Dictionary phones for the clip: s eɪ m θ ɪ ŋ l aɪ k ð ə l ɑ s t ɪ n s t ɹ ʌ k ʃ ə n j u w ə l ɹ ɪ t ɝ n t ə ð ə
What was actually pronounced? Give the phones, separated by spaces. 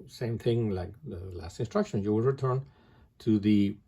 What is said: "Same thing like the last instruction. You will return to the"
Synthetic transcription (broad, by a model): s eɪ m θ ɪ ŋ l aɪ k ð ə l ɑ s t ɪ n s t ɹ ʌ k ʃ ə n j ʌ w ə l ɹ ɪ t ɝ n t ə ð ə